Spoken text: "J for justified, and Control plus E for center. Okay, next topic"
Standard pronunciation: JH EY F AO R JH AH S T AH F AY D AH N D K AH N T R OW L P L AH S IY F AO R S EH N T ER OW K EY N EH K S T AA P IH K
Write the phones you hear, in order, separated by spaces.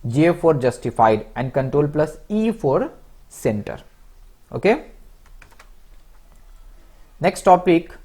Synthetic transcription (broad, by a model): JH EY F AO R JH AH S T AH F AY D AH N D K AH N T R OW L P L AH S IY F AO R S EH N T ER OW K EY N EH K S T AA P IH K